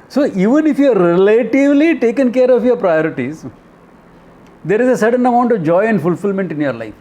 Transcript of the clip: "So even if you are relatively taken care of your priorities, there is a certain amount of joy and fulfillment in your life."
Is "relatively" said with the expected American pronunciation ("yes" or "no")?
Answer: yes